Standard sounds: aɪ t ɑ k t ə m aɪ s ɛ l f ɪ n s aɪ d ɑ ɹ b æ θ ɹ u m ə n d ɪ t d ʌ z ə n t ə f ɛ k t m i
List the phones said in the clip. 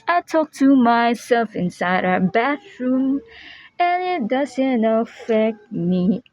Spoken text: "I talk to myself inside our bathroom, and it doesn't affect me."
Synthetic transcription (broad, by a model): aɪ t ɑ k t ə m aɪ s ɛ l f ɪ n s aɪ d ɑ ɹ b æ t ɹ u m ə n ɪ t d ʌ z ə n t ə f ɛ k t m i